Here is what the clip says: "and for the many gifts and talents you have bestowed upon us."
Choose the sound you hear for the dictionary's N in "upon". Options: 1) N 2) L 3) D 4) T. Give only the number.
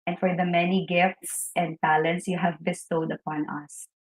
1